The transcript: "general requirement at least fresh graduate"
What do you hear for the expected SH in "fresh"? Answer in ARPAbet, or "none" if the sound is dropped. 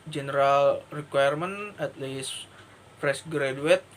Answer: S